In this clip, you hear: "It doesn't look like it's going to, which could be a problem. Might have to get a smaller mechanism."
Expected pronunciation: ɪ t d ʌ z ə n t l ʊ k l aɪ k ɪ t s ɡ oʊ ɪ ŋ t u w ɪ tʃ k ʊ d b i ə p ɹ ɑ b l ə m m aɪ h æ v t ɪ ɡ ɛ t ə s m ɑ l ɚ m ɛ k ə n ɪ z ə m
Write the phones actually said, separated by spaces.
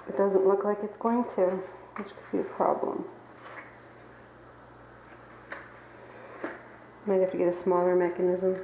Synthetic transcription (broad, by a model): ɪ t d ʌ z ə n t l ʊ k l aɪ k ɪ t s ɡ oʊ ɪ ŋ t u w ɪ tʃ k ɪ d b i ə p ɹ ɑ b l ə m m aɪ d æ f t ɪ ɡ ɛ t ə s m ɑ l ɚ m ɛ k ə n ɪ z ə m